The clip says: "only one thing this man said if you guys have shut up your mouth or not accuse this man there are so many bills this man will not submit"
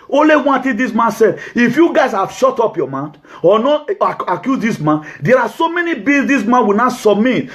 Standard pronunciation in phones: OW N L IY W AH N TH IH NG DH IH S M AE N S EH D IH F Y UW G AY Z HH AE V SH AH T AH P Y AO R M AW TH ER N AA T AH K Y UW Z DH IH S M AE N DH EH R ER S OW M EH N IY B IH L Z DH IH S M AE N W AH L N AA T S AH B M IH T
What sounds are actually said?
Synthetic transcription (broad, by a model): OW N L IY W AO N T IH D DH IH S M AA N S EH D IH F Y UW G AY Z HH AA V SH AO T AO P Y AO M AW T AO N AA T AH K Y UW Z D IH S M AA N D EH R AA S OW M EH N IY B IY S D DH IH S M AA N W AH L N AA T S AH B M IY T